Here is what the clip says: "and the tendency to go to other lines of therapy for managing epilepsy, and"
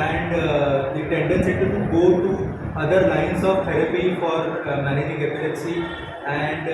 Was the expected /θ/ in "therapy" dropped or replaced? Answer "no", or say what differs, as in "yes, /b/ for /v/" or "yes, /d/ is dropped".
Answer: yes, /t/ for /θ/